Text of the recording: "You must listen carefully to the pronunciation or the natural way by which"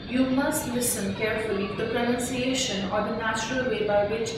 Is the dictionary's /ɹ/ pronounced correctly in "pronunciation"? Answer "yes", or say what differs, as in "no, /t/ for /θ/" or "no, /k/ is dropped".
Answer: yes